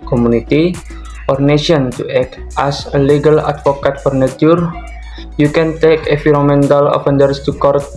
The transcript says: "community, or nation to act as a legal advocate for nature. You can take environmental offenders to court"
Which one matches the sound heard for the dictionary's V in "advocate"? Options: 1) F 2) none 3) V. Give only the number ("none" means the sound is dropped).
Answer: 1